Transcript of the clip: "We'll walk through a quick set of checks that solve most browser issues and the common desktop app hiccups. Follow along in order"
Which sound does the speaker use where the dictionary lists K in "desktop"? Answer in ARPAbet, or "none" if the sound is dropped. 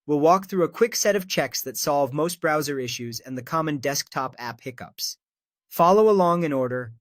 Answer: K